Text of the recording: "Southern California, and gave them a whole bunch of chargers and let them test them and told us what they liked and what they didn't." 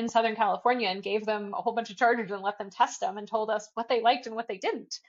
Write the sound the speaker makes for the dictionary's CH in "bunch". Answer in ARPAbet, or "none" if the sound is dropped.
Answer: CH